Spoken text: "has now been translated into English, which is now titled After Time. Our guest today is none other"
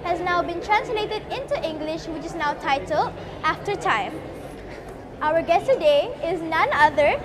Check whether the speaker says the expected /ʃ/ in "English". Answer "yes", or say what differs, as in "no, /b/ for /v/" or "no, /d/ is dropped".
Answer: yes